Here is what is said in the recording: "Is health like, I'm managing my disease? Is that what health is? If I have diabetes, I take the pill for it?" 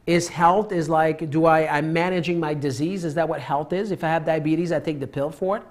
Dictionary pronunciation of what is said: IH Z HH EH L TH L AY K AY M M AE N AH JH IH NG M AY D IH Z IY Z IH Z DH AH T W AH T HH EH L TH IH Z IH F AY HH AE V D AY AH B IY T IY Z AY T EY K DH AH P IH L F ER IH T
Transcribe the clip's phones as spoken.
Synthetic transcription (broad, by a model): IH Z HH EH L TH L AY K AY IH M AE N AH JH IH NG M AY D IH Z IY Z IH Z DH AH T W AH T HH EH L TH IH Z IH F AY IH V D AY AH B IY T IY Z AY T EY K DH AH P IH L F ER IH T